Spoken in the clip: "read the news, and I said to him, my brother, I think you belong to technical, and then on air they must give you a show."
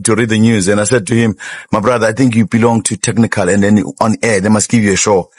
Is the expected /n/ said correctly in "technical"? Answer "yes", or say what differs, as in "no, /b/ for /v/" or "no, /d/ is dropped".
yes